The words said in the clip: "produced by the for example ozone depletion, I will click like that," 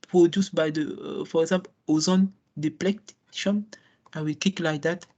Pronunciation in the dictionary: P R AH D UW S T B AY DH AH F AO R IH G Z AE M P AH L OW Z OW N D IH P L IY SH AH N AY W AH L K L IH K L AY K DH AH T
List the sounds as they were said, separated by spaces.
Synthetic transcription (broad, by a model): P R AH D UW S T B AY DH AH F AO R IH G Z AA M P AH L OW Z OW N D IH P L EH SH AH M AY W AH L K IH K L AY K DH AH T